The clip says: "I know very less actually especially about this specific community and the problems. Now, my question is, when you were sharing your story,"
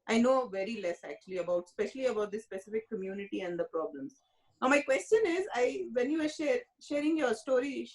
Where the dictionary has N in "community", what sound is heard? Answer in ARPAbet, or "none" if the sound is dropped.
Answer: N